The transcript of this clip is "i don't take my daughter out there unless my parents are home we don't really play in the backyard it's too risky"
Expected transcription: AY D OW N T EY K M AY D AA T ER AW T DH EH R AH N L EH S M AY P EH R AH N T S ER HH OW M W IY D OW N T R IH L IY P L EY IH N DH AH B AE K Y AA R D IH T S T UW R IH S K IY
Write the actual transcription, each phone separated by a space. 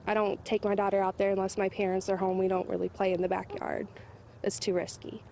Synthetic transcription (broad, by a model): AY D OW N T EY K M AY D AA T ER AW T DH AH R AH N L EH S M AY P EH R AH N T S ER HH OW M W IY D OW N T R IH L IY P L EY IH N DH AH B AE K Y AA R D IH T S T UW R IH S K IY